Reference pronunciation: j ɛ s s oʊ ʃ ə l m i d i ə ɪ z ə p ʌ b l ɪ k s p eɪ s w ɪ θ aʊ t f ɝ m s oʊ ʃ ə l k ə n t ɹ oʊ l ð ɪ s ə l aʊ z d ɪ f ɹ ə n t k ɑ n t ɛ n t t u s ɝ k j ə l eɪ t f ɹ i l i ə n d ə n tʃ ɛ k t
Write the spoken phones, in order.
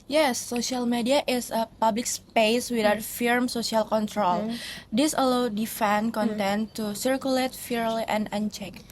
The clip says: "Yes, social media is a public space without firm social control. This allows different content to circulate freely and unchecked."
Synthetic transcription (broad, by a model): j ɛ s s oʊ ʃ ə l m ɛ d i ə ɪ s ə p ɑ b l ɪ k s p eɪ s w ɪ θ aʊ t f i m s oʊ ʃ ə l k ə n t ɹ oʊ l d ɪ s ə l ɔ d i f ə n k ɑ n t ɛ n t t u s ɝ k j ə l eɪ t f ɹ l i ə n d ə n tʃ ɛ k